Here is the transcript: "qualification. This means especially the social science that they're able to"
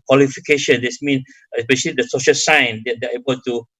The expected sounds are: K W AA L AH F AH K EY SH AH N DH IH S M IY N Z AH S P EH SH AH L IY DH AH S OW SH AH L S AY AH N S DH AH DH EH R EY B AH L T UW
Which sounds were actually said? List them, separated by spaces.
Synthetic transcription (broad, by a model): K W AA L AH F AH K EY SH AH N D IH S M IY N AH S P EH SH AH L IY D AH S OW SH AH L S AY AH N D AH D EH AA EY B AH L T UW